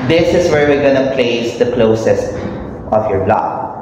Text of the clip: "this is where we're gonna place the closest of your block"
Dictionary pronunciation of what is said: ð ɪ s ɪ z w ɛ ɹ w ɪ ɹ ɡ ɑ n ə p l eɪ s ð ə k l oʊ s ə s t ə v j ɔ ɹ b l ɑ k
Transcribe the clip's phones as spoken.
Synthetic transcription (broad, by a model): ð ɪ s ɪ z w ɛ ɹ w ɪ ɹ ɡ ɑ n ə p l eɪ s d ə k l oʊ s ə s t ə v j ɔ ɹ l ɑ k